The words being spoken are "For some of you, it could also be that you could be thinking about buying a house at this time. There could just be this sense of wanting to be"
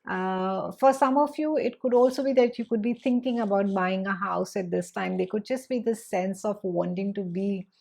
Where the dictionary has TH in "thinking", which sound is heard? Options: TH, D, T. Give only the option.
T